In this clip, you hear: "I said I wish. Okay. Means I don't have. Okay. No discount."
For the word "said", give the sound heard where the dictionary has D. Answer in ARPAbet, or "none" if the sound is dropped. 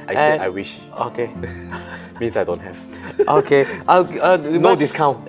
none